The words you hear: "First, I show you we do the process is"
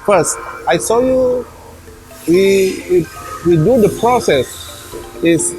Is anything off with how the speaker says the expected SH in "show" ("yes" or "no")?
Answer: yes